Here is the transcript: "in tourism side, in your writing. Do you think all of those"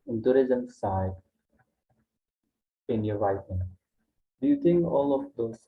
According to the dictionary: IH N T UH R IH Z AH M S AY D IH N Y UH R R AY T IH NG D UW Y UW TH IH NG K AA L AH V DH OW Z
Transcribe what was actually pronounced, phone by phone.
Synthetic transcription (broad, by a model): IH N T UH R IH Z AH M S AY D IH N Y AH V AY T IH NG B Y UW T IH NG AA L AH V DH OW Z